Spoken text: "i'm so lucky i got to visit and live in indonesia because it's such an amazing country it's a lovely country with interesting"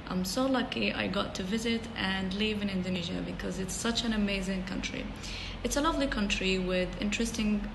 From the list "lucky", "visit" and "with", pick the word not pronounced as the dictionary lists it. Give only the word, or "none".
none